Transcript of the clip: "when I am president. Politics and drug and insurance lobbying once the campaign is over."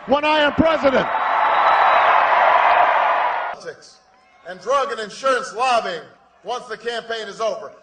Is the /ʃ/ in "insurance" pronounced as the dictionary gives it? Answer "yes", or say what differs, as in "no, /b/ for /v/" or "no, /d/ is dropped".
yes